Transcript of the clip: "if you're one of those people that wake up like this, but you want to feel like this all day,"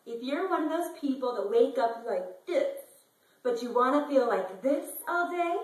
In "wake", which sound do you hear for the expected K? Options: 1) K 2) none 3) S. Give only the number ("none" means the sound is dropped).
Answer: 1